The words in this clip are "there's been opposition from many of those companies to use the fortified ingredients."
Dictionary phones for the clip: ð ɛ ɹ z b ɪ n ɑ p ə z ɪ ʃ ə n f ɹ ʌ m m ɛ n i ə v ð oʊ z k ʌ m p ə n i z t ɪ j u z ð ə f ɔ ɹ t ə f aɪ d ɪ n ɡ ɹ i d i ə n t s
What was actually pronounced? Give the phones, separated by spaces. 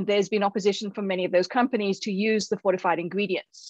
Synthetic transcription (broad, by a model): ð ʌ ɹ z b ɪ n ɑ p ə z ɪ ʃ ə n f ɹ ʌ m m ɛ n i ə v ð oʊ z k ʌ m p ə n i z t ɪ j u z ð ə f ɔ ɹ t ə f aɪ d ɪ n ɡ ɹ i d i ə n t s